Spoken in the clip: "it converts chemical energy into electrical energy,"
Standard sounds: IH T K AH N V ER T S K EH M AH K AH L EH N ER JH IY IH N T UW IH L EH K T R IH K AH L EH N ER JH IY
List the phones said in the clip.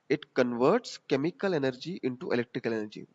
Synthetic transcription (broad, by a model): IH T K AH N V ER T S K EH M AH K AH L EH N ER JH IY IH N T UW IH L EH K T R IH K AH L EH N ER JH IY